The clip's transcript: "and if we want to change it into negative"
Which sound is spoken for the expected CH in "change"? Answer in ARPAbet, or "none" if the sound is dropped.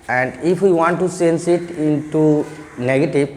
S